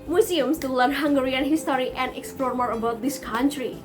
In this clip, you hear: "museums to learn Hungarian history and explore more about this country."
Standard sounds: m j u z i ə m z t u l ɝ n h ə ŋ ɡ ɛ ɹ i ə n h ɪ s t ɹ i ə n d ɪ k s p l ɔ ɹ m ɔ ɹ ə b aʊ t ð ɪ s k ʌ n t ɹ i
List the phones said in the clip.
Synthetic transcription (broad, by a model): m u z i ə m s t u l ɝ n h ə ŋ ɡ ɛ ɹ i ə n h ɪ s t ɹ i ə n d ɪ k s p l ɔ ɹ m ɔ ɹ ə b aʊ t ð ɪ s k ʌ n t ɹ i